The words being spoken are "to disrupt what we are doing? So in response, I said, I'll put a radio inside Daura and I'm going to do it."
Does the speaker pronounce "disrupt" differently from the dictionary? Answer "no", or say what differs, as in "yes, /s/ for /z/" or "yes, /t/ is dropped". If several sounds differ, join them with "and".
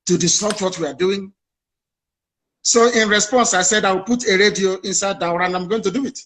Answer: yes, /ɹ/ is dropped